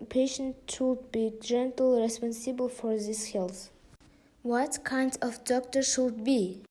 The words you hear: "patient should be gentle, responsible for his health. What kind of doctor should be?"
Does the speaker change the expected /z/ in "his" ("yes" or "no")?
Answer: yes